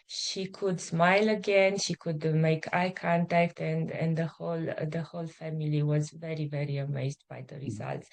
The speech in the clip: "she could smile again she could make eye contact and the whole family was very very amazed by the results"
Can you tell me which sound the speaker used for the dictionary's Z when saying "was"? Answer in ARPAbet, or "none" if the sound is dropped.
Z